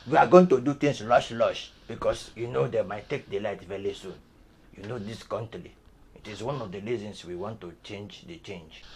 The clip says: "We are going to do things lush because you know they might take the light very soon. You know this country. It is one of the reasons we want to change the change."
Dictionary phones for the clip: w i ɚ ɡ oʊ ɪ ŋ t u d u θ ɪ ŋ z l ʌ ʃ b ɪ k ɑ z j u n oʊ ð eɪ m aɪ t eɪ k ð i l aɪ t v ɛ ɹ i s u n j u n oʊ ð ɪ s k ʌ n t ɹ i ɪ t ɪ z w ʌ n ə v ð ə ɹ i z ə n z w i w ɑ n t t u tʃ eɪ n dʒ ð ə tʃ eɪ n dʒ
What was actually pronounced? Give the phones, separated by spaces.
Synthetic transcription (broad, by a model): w i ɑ ɡ oʊ ɪ ŋ t u d u t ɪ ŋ s l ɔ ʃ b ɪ k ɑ s j u n oʊ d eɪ m aɪ t eɪ k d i l aɪ t v ɛ ɹ i s u n j u n oʊ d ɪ s k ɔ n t l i ɪ t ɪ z w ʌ n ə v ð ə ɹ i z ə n s w i w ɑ n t t u tʃ eɪ n dʒ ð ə tʃ eɪ n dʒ